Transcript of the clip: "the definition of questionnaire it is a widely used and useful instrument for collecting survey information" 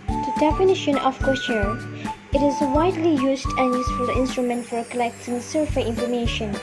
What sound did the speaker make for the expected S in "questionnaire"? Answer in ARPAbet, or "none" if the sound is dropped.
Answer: none